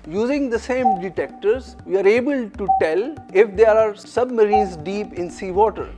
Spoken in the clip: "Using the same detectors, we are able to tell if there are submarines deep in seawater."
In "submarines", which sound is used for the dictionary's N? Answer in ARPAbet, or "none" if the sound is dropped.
none